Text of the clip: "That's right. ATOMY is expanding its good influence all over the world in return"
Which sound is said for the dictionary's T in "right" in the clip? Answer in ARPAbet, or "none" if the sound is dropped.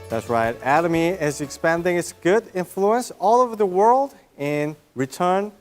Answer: T